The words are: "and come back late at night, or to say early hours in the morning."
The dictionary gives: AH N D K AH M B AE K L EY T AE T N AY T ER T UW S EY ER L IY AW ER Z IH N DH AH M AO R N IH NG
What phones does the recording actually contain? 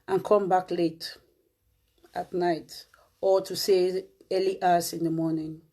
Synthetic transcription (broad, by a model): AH N K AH M B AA K L EY T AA T N AY T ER T UW S EY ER L IY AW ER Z IH N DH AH M AO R N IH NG